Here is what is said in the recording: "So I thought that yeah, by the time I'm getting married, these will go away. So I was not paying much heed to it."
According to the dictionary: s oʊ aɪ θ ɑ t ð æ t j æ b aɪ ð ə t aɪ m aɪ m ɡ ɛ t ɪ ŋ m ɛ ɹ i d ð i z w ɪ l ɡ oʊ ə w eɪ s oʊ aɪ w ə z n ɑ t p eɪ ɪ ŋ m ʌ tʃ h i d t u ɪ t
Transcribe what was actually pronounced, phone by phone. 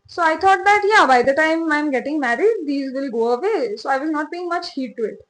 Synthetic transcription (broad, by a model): s oʊ aɪ t ɑ t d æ t j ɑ b aɪ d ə t aɪ m aɪ m ɡ ɛ t ɪ ŋ m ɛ ɹ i d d i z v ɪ l ɡ oʊ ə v eɪ s oʊ aɪ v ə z n ɑ t b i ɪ ŋ m ʌ tʃ h i d t u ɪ t